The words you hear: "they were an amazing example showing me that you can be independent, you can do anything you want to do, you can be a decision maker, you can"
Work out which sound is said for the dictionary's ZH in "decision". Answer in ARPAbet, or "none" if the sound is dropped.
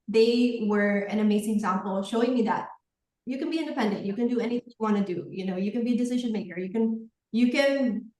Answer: ZH